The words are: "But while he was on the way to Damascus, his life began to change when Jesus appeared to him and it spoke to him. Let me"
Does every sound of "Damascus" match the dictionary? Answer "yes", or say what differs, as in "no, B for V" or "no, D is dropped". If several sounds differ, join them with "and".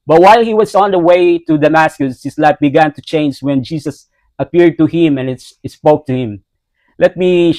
yes